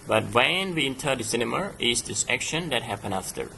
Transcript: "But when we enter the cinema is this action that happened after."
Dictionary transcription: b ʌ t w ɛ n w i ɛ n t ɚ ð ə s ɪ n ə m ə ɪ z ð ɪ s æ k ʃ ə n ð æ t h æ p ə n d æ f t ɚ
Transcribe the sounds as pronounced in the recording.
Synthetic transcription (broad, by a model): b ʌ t w ɛ n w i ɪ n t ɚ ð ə s ɪ n ə m ə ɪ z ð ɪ s æ k ʃ ə n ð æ t h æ p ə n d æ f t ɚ